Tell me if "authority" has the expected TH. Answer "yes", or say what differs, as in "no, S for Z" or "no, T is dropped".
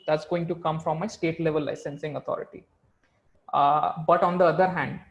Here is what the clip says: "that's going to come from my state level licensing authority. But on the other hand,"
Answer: no, T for TH